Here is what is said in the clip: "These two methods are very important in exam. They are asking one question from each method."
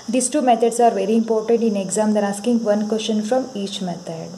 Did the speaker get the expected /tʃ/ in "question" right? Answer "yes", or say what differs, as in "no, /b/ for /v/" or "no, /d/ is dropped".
no, /ʃ/ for /tʃ/